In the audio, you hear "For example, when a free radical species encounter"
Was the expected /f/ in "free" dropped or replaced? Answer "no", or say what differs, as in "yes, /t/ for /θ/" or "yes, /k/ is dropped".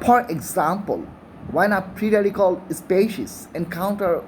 yes, /p/ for /f/